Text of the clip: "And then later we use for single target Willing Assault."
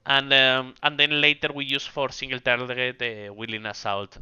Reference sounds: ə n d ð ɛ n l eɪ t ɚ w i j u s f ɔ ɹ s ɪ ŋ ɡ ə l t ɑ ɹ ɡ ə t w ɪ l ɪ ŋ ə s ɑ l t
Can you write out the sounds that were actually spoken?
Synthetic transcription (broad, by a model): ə n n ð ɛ n l eɪ t ɚ w i j u s f ɔ ɹ s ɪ ŋ ɡ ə l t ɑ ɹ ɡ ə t w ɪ l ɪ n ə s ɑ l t